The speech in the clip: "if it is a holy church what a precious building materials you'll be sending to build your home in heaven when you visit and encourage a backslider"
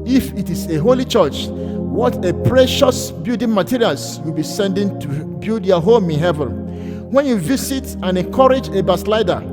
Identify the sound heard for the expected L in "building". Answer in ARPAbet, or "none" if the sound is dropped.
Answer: none